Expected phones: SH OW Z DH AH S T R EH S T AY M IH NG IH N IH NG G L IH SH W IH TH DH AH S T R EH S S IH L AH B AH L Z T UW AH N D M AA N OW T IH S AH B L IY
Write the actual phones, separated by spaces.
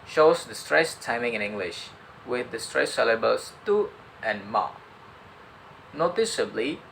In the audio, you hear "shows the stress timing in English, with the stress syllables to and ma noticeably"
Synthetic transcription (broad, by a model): SH OW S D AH S T R EH S T AY M IH NG IH N IH NG G L IH SH W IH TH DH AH S T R EH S S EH L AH B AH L S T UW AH N M AA N OW T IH S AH B L IY